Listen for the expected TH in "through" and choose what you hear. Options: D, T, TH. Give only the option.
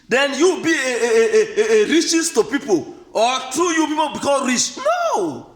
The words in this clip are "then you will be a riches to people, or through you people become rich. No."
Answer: T